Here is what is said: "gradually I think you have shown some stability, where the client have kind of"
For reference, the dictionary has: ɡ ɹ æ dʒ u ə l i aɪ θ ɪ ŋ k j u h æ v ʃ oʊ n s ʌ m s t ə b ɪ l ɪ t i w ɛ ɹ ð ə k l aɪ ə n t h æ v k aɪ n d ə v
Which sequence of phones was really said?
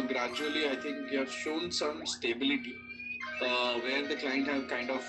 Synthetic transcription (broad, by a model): ɡ ɹ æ dʒ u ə l i aɪ t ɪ ŋ k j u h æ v ʃ oʊ n s ʌ m s t ə b ɪ l ɪ t i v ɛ ɹ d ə k l aɪ ə n t h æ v k aɪ n d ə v